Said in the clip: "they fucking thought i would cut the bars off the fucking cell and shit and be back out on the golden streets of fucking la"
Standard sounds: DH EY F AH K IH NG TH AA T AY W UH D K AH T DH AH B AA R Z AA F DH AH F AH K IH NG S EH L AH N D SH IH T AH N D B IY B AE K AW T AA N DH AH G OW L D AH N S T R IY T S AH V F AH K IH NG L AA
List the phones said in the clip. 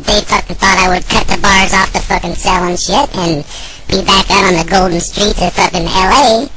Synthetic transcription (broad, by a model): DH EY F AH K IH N TH AA T AY W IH D K AH T DH AH B AA R Z AA F DH AH F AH K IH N S EH L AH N SH IH T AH N B IY B AE K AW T N DH AH G OW L D N S T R IY T AH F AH K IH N L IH